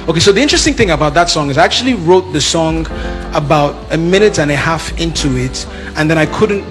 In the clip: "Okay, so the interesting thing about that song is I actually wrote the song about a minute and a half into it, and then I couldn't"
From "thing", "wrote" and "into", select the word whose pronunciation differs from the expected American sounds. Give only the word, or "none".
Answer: none